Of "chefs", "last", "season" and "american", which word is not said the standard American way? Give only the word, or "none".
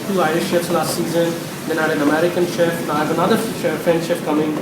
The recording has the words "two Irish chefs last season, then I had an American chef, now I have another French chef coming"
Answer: chefs